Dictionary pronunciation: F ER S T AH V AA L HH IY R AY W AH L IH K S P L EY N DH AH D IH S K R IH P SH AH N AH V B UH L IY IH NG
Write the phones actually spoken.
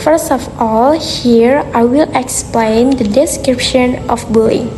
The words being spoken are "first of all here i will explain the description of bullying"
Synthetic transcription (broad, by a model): F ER S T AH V AA L HH IY R AY W AH L IH K S P L EY N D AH D IH S K R IH P SH AH N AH F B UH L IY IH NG